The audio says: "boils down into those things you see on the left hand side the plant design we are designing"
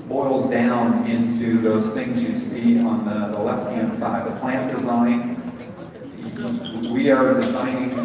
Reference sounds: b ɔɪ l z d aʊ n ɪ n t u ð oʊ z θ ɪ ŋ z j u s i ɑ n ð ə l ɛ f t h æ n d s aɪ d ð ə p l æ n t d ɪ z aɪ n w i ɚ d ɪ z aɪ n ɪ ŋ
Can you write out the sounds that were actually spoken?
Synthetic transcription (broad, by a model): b ɔɪ l z d aʊ n ɪ n t u ð oʊ z θ ɪ ŋ z j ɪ s i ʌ n ð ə l ɛ f t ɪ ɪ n s aɪ d ð ə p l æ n d ɪ z aɪ n w i ɚ d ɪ z aɪ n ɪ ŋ